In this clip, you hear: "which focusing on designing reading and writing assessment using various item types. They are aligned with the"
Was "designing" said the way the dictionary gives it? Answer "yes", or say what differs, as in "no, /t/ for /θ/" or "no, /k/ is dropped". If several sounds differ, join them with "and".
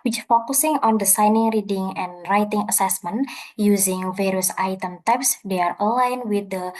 no, /s/ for /z/